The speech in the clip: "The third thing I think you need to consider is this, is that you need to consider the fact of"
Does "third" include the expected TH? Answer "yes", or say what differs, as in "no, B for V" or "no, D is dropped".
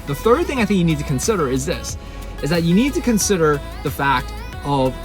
yes